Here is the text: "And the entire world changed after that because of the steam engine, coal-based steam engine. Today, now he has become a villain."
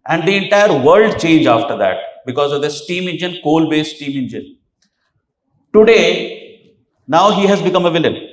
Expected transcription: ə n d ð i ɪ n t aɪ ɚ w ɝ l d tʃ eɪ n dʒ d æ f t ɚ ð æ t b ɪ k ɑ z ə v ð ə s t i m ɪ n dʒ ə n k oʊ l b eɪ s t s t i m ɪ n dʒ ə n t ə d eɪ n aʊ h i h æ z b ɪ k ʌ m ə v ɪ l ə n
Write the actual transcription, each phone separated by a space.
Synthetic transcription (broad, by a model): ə n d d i ɪ n t aɪ ɚ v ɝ l d tʃ eɪ n dʒ ɑ f t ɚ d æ t b ɪ k ɑ z ə v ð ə s t i m ɪ n dʒ ə n k oʊ l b eɪ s s t i m ɪ n dʒ ə n t ə d eɪ n aʊ h i h æ z b ɪ k ʌ m ə v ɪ l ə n